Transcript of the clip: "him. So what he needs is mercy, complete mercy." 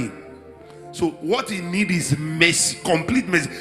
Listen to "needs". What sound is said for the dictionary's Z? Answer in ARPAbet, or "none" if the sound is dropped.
none